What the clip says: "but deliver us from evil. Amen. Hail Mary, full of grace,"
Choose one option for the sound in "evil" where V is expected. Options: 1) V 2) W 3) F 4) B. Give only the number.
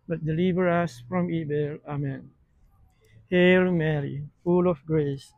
4